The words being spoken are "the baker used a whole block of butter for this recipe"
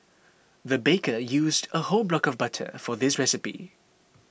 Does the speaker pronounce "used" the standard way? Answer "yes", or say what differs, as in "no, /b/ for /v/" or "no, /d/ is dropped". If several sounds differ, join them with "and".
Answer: yes